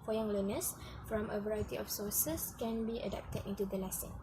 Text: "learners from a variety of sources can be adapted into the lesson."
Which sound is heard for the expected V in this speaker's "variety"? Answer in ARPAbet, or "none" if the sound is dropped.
V